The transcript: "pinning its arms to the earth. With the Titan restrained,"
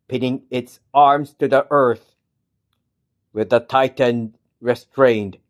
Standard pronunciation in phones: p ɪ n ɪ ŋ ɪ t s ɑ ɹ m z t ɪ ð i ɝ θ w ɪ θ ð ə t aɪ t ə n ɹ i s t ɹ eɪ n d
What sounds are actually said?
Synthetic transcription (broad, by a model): p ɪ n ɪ ŋ ɪ t s ɑ ɹ m z t ɪ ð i ɝ θ w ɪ ð ə t aɪ t ə n ɹ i s t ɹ eɪ n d